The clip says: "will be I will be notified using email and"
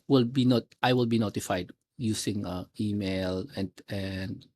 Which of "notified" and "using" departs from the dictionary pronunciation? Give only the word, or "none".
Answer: using